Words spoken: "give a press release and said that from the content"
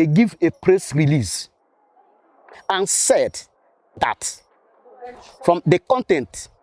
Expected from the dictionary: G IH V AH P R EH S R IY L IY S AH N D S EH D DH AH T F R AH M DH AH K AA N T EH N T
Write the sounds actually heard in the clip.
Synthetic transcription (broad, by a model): G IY V AH P R EH S R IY L IY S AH N S EH D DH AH T F R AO M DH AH K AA N T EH N T